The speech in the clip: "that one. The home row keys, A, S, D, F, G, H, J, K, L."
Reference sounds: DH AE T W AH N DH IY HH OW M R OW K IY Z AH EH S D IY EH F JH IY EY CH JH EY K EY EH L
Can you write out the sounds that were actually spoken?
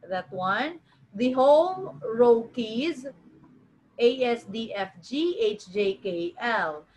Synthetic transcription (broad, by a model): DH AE T W AH N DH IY HH OW M R OW K IY Z AH EH S D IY EH F JH IY EY CH JH EY K EY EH L